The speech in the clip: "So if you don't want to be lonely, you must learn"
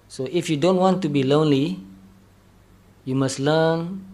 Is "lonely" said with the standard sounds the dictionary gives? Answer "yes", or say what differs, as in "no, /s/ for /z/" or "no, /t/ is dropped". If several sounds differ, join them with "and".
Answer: yes